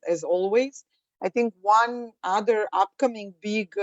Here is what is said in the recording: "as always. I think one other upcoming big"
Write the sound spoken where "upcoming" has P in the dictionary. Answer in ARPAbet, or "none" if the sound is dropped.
P